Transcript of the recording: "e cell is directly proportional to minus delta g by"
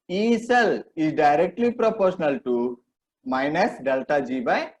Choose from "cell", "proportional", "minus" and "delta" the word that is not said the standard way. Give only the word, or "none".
none